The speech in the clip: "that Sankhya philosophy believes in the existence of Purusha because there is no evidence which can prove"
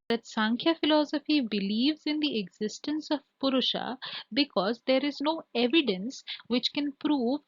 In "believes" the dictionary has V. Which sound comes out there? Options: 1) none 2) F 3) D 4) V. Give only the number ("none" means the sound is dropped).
4